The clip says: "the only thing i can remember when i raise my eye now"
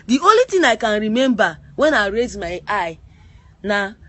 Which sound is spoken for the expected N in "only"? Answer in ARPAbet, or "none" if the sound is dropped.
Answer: none